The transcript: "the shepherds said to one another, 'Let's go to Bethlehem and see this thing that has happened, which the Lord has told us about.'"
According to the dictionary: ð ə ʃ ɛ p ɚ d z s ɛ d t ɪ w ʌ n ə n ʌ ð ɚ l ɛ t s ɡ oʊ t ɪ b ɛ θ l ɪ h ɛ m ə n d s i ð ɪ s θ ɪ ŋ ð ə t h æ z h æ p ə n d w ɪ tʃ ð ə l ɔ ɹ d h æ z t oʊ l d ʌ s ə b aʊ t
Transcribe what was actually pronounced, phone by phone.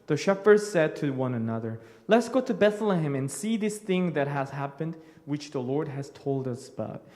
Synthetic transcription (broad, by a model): ð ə ʃ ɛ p ɚ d s ɛ d t ɪ w ʌ n ə n ʌ ð ɚ l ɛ t s ɡ oʊ t ɪ b ɛ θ l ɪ h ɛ m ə n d s i ð ɪ s θ ɪ ŋ ð ə t h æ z h æ p ə n d w ɪ tʃ ð ə l ɔ ɹ d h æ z t oʊ l d ʌ s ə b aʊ t